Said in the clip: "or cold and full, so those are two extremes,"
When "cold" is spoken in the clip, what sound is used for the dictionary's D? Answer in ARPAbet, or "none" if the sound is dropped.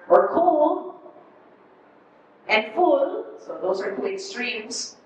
none